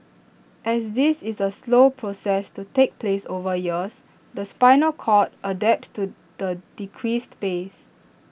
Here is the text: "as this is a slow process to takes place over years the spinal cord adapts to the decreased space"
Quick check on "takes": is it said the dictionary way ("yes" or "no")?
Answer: no